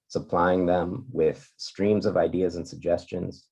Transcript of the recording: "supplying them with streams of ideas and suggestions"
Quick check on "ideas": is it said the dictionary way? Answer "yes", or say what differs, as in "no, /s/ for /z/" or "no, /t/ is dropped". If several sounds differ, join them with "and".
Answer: yes